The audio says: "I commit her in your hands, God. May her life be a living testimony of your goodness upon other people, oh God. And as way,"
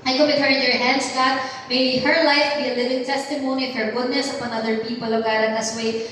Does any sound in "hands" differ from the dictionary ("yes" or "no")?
yes